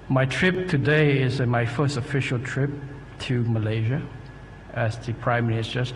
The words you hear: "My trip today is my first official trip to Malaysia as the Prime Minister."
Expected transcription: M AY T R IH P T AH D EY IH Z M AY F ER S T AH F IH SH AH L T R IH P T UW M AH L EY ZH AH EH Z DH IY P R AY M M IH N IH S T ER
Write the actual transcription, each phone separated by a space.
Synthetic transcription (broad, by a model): M AY T R IH P T AH D EY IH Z M AY F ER S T AH F IH SH AH L T R IH P T UW M AH L EY ZH AH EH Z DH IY P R AY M M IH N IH S T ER